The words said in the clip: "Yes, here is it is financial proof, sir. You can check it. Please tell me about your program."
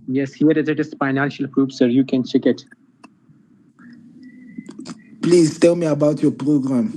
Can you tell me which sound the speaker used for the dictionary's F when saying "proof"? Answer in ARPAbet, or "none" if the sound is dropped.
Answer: P